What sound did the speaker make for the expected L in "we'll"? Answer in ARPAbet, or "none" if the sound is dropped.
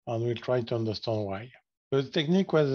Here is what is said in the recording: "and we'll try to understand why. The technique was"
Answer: L